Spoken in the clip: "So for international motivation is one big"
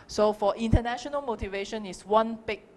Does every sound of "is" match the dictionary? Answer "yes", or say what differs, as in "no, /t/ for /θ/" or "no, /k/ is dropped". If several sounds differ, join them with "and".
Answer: no, /s/ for /z/